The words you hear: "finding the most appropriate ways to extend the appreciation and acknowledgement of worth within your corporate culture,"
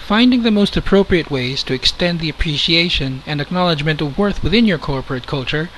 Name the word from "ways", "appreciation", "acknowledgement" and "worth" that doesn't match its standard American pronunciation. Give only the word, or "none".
none